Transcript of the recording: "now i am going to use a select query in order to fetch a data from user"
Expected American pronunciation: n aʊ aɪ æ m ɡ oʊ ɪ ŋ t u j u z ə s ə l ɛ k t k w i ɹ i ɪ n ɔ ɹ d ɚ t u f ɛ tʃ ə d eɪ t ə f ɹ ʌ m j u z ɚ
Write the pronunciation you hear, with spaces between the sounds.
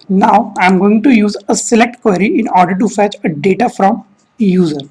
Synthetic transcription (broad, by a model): n aʊ aɪ m ɡ oʊ ɪ ŋ t u j u z ə s ə l ɛ k t k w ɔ ɹ i ɪ n ɔ ɹ d ɚ t u f ɛ tʃ ə d eɪ t ə f ɹ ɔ m j u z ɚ